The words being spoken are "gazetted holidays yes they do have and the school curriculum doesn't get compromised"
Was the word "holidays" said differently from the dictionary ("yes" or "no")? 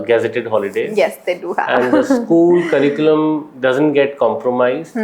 yes